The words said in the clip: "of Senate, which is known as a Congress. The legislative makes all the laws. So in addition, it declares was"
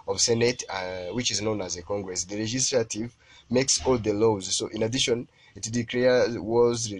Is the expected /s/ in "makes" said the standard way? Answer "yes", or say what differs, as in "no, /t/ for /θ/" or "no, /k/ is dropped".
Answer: yes